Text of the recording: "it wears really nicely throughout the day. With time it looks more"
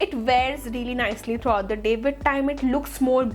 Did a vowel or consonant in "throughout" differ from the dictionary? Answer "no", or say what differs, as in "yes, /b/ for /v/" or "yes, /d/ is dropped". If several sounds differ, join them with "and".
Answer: yes, /t/ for /θ/